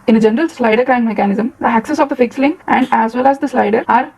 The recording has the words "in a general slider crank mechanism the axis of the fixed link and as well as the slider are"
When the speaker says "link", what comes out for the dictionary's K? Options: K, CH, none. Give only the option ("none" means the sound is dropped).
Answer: none